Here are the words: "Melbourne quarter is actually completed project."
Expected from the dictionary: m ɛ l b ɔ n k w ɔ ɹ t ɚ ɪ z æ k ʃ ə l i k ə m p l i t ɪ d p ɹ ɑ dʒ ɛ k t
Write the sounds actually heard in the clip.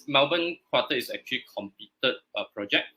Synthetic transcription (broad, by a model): m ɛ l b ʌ n k w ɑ t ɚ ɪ s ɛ k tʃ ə l i k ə m p i t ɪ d p ɹ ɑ dʒ ɛ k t